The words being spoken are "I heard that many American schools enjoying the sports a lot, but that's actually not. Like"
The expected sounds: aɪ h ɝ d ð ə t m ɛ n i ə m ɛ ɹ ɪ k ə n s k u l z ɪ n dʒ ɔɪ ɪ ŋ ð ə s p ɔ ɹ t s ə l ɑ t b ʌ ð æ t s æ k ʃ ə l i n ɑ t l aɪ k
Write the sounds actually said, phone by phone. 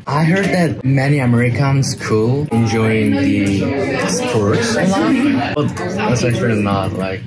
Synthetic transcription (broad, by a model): aɪ h ɝ d ð ə t m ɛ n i ə m ɛ ɹ ɪ k ə n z k u l ɪ n dʒ ɔɪ ɪ ŋ ð ə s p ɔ ɹ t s ə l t b ʌ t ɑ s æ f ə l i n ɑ t l aɪ k